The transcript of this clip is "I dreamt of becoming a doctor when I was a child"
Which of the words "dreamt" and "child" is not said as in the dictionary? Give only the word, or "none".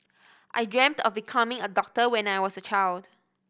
none